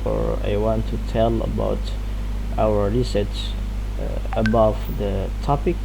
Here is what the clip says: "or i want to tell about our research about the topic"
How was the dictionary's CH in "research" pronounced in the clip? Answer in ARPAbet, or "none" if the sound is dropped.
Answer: S